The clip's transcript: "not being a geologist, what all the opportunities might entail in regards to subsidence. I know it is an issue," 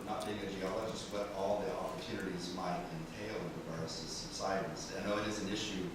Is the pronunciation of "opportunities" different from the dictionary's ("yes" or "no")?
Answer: no